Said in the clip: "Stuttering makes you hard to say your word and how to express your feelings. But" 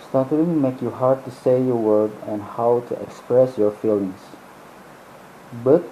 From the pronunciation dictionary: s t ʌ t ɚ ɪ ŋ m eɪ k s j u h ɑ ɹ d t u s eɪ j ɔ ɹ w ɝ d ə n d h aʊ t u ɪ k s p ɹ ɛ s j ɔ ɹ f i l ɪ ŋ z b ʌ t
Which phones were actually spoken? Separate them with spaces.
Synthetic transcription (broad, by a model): s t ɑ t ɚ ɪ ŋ m eɪ k j u h ɑ ɹ d t u s eɪ j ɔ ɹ w ɝ d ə n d h aʊ t u ɪ k s p ɹ ɛ s j ɔ ɹ f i l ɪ ŋ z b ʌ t